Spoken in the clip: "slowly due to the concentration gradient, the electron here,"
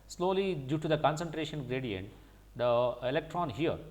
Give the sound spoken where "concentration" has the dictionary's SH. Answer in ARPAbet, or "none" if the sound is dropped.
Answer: SH